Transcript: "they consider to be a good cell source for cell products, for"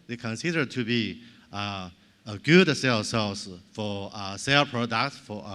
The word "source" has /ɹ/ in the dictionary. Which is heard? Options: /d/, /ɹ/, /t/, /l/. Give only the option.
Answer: /l/